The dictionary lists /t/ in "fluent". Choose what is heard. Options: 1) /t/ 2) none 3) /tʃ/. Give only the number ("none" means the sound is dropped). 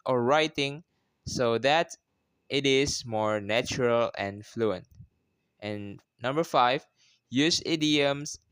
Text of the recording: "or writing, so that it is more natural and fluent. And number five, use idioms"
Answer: 1